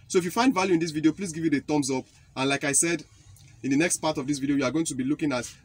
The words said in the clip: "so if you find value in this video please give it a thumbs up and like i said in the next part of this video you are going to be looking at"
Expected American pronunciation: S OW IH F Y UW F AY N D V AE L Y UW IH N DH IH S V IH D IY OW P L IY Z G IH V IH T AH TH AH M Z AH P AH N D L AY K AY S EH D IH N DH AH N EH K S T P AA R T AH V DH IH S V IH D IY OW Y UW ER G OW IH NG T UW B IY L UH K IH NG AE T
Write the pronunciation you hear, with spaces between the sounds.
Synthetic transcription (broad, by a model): S OW IH F Y UW F AY N D V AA L Y UW IH N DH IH S V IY D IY OW P L IY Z G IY V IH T AH T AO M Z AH P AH N L AY K AY S EH D IH N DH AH N EH K S T P AA T AH V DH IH S V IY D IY OW Y UW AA G OW IH NG T UW B IY L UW K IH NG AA T